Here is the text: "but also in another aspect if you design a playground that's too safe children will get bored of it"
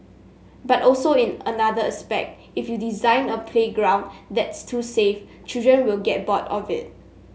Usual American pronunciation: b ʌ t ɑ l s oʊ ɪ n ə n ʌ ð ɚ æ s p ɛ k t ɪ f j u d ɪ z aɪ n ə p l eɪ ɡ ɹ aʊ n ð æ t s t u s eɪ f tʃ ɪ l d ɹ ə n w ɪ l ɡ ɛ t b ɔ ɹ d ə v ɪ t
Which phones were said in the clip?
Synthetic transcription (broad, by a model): b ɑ t ɑ l s oʊ ɪ n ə n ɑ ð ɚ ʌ s p ɛ k t ɪ f j u d ɪ z aɪ n ə p l eɪ ɡ ɹ aʊ n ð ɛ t s t u s eɪ f tʃ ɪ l d ɹ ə n w ɪ l ɡ ɛ t b ɔ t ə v ɪ t